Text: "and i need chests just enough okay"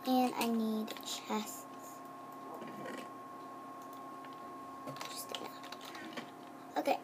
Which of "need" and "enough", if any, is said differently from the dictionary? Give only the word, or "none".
enough